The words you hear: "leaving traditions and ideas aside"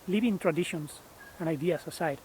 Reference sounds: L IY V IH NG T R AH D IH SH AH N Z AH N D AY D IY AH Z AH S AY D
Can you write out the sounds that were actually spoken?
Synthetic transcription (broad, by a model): L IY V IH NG T R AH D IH SH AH N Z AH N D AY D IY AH S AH S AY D